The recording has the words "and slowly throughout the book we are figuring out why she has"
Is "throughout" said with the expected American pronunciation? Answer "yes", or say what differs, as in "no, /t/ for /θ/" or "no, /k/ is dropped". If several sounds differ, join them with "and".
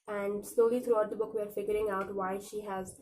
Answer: no, /t/ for /θ/